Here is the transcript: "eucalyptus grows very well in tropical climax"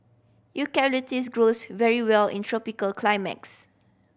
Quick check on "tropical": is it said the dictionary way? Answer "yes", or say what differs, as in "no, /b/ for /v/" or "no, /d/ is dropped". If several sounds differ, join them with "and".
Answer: yes